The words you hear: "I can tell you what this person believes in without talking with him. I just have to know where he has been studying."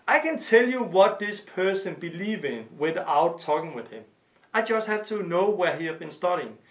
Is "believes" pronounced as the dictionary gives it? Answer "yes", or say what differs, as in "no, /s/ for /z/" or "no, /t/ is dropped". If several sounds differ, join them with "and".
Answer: no, /z/ is dropped